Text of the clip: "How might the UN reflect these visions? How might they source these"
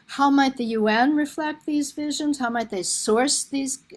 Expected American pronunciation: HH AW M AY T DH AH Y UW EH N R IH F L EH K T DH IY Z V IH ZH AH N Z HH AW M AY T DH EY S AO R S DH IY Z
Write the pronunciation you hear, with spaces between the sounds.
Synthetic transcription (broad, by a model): HH AW M AY T DH AH Y UW EH N R IH F L EH K T DH IY Z V IH ZH AH N Z HH AW M AY T DH EY S AO R S DH IY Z